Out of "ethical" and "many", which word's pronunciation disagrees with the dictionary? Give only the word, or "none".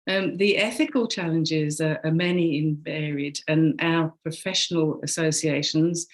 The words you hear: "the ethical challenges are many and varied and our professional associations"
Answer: none